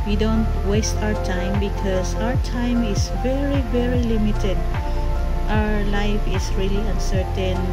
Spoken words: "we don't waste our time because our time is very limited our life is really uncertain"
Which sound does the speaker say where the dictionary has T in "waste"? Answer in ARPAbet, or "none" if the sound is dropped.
T